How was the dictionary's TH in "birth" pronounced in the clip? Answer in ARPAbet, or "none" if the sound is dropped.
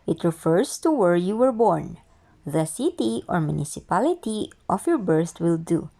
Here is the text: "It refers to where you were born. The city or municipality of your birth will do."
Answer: T